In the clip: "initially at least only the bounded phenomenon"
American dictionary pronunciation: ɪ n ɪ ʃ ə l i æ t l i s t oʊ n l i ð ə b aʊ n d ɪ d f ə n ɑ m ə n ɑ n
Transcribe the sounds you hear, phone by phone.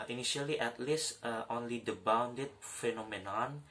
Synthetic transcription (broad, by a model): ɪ n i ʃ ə l i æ t l i s t oʊ n l i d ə b aʊ n d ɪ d f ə n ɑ m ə n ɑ n